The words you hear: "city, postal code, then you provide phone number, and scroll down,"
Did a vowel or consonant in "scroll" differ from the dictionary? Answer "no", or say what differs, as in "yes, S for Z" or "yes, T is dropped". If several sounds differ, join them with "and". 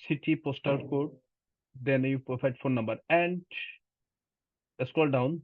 yes, R is dropped